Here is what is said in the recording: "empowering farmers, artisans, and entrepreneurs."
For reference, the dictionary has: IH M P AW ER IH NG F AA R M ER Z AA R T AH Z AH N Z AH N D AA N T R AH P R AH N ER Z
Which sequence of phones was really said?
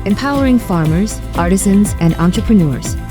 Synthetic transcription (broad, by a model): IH M P AW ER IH NG F AA R M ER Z AA R T AH Z AH N Z AH N D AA N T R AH P R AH N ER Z